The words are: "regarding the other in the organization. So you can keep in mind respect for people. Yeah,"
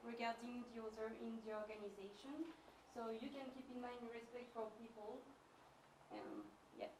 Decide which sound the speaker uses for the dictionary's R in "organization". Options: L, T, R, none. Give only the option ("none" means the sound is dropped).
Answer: R